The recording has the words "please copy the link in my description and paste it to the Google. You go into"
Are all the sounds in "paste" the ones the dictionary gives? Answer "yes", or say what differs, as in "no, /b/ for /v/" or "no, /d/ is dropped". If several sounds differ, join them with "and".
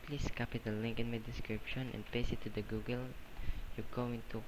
no, /t/ is dropped